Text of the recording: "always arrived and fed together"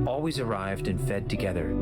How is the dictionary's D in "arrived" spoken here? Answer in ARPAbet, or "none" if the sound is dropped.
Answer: D